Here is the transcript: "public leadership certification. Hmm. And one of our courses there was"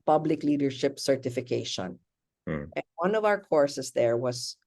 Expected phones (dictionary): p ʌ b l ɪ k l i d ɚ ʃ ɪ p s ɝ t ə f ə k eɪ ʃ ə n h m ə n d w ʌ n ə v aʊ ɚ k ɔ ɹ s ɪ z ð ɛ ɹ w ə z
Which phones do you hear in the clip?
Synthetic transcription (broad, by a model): p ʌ b l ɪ k l i d ɚ ʃ ɪ p s ɝ t ə f ə k eɪ ʃ ə n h ə n d w ʌ n ə v aʊ ɚ k ɔ ɹ s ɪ s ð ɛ ɹ w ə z